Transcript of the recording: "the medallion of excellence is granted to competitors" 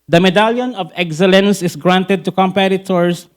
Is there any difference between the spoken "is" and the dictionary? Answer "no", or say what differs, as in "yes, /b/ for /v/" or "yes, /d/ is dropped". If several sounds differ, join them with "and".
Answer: yes, /s/ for /z/